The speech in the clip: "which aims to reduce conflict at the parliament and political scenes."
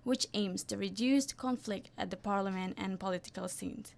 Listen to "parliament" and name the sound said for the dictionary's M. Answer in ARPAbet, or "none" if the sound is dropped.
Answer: M